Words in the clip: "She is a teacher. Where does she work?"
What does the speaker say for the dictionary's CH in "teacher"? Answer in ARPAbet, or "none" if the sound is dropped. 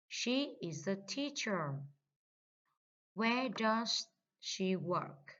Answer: CH